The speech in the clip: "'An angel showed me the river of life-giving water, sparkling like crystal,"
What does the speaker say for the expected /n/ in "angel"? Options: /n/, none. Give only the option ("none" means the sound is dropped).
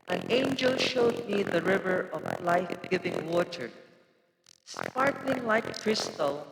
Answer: /n/